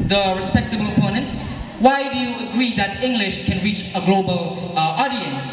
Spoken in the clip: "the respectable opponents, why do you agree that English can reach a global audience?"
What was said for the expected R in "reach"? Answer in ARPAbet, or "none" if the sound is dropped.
R